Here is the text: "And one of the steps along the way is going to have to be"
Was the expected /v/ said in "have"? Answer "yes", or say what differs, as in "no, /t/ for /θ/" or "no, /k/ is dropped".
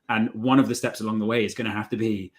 no, /f/ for /v/